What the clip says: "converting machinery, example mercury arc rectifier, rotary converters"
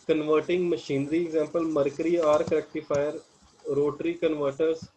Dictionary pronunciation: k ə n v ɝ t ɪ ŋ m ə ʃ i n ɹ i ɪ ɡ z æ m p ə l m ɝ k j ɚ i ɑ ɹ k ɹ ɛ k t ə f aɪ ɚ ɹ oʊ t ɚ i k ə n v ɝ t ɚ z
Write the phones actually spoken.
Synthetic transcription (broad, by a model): k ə n v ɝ t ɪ ŋ m ə ʃ i n ɹ i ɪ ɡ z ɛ m p ə l m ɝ k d i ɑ ɹ k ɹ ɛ k t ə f aɪ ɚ ɹ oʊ t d i k ə n v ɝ t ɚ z